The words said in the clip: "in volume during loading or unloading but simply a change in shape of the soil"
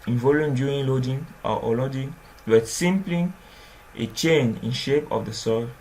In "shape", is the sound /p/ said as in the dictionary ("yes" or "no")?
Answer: yes